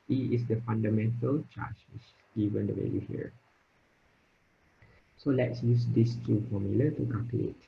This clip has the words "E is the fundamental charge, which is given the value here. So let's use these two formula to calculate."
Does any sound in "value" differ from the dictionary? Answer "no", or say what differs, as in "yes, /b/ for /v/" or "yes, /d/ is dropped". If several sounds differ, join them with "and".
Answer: yes, /w/ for /v/ and /l/ is dropped